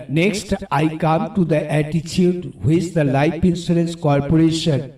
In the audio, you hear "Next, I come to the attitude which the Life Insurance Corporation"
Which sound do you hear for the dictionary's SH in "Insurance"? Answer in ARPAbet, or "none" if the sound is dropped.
S